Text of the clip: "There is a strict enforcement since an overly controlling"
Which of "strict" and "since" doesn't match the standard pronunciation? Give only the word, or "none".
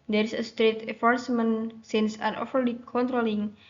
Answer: strict